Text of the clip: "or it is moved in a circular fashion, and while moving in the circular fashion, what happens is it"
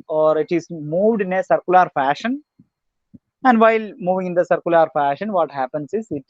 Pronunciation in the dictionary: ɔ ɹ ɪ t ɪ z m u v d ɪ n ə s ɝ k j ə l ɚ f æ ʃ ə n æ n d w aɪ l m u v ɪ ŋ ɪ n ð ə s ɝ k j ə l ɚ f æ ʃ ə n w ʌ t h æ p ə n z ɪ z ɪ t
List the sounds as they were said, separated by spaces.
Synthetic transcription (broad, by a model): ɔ ɹ ɪ t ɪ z m u v d ɪ n ə s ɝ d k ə l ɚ f æ ʃ ə n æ n d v aɪ l m u v ɪ ŋ ɪ n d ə s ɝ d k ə l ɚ f æ ʃ ə n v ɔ t h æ p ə n s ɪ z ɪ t